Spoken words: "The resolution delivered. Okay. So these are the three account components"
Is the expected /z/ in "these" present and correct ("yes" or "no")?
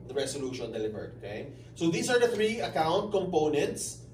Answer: no